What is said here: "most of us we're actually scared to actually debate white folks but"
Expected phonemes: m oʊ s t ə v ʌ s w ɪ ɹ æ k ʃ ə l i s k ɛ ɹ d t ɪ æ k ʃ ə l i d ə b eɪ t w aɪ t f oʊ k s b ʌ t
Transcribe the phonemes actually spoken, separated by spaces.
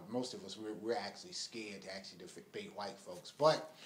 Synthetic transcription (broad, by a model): m oʊ s t ə v ʌ s w ɪ ɹ æ k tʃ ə l i s k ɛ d t ɪ æ k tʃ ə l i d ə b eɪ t w aɪ t f oʊ k s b ʌ t